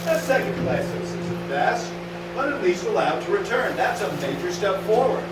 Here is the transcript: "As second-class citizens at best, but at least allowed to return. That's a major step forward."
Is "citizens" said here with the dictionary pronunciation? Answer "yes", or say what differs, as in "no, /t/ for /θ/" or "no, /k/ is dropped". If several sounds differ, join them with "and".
no, /s/ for /t/ and /n/ is dropped